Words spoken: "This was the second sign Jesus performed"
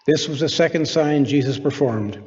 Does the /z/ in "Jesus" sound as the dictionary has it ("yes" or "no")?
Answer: yes